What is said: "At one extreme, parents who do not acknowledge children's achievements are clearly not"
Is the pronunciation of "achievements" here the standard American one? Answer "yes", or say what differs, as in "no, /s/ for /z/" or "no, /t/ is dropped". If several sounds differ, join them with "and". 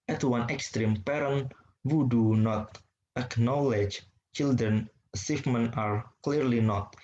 no, /f/ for /v/